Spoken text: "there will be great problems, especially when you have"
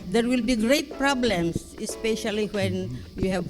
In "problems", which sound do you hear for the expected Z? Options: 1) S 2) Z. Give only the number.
1